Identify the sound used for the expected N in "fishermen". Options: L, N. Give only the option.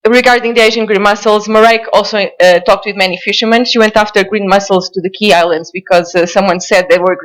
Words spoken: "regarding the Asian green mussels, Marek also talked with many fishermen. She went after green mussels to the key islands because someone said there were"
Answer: N